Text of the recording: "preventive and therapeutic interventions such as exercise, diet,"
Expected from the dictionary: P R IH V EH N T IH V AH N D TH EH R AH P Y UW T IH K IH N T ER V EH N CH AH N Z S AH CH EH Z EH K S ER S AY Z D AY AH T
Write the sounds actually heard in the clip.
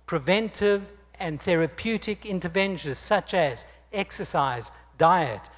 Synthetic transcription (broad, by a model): P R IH V EH N T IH V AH N TH EH R AH P Y UW T IH K IH N T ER V EH N SH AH N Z S AH CH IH Z EH K S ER S AY Z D AY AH T